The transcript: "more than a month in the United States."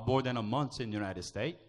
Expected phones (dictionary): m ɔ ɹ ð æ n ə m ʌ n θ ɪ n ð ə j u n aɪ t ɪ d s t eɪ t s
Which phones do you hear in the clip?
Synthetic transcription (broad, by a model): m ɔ ɹ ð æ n ə m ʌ n s ɪ n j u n aɪ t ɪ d s t eɪ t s